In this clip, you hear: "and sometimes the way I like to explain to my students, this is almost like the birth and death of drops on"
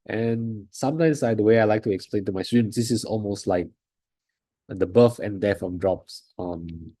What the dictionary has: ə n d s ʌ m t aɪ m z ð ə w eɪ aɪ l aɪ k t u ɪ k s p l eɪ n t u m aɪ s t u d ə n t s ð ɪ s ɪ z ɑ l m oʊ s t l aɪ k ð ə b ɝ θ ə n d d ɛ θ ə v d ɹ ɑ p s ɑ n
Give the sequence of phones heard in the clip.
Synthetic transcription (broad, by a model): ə n s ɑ m t aɪ m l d ə w eɪ aɪ l aɪ k t u ɪ k s p l eɪ n t u m aɪ s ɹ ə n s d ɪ s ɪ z ɑ l m oʊ s t l aɪ k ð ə b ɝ f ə n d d ɛ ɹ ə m d ɹ ɑ p s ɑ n